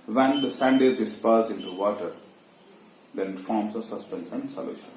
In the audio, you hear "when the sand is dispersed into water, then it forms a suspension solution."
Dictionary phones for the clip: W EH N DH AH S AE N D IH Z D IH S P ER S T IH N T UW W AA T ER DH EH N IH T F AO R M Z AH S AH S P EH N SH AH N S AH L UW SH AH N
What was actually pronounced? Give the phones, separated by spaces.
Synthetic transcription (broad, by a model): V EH N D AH S AE N D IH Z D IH S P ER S IH N T UW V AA T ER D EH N IH T F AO R M S AH S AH S P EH N S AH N S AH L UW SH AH N